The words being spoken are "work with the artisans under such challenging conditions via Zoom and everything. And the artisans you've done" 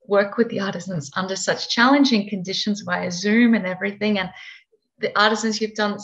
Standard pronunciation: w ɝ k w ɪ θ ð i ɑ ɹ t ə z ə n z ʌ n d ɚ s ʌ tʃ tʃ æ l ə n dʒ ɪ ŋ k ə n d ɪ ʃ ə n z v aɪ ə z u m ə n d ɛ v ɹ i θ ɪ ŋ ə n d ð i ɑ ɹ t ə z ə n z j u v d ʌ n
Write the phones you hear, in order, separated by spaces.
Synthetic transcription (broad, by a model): w ɝ k w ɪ ð i ɑ ɹ t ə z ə n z ʌ n d ɚ s ʌ tʃ tʃ æ l ə n dʒ ɪ ŋ k ə n d ɪ ʃ ə n z b aɪ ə z u m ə n ɛ v ɹ i θ ɪ ŋ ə n ð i ɑ ɹ t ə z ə n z j u v d ʌ n